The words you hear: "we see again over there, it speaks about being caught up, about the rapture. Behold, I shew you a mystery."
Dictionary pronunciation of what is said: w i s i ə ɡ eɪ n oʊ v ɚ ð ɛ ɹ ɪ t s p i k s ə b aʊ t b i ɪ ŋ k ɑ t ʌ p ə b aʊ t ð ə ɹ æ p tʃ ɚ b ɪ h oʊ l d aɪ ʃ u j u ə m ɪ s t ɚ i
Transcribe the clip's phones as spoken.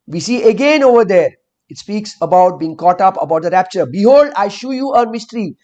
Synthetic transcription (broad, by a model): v i s i ə ɡ eɪ n oʊ v ɚ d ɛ ɹ ɪ t s p i k s ə b aʊ t b i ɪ ŋ k ɑ t ʌ p ə b aʊ t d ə ɹ æ p tʃ ɚ b ɪ h oʊ l d aɪ ʃ u j u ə m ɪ s t ɚ i